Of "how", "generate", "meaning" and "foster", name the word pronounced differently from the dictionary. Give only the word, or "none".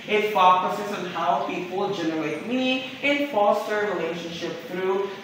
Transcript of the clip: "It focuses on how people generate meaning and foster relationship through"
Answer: meaning